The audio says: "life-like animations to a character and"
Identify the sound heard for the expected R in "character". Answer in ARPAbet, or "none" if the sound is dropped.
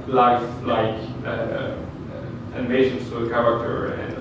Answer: R